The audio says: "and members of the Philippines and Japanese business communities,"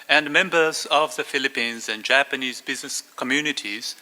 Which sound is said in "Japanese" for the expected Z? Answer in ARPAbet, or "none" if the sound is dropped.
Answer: Z